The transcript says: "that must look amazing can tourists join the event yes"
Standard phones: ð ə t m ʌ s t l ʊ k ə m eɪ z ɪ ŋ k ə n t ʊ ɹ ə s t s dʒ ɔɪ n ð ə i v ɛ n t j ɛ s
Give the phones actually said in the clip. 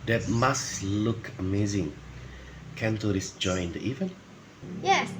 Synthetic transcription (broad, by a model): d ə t m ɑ s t l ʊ k ə m eɪ z ɪ ŋ k ə n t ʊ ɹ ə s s dʒ ɔɪ n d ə i v ɛ n t j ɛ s